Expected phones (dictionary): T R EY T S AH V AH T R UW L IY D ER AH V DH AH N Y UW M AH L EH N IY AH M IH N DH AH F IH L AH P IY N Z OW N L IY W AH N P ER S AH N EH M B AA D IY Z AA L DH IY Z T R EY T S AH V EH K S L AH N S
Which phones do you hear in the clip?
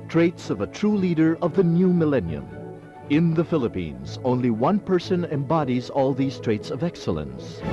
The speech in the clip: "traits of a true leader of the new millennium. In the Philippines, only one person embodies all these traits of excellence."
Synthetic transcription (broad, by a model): T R EY T S AH V AH T R UW L IY D ER AH V DH AH N Y UW M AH L EH N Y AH M IH N DH AH F IH L AH P IY N Z OW N L IY W AH N P ER S AH N EH M B AA D IY Z AA L DH IY Z T R EY T S AH V EH K S L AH N S